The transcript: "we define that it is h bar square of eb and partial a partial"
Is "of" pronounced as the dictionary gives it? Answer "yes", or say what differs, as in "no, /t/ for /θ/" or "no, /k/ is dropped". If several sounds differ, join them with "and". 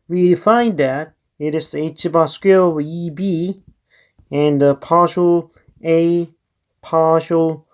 no, /b/ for /v/